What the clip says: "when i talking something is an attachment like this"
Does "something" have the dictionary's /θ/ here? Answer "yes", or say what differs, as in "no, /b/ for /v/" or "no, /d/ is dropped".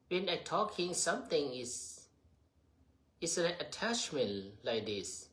no, /t/ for /θ/